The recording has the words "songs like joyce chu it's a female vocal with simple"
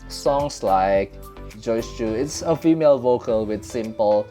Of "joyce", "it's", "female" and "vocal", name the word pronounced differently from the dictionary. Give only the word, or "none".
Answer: none